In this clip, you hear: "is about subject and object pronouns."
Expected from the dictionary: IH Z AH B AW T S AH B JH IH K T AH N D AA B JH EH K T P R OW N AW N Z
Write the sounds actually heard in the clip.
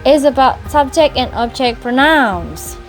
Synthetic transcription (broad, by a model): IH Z AH B AW T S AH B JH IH K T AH N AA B CH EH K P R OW N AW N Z